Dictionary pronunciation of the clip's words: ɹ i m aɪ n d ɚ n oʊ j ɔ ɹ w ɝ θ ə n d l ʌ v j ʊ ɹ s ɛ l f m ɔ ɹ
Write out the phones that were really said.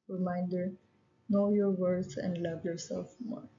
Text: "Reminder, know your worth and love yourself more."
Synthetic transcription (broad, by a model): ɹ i m aɪ n d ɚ n oʊ j ɔ ɹ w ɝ s ə n d l ʌ v j ʊ ɹ s ɛ l f m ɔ ɹ